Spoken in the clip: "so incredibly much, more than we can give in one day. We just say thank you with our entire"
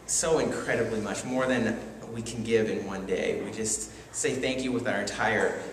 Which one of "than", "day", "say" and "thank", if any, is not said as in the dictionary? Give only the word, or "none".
none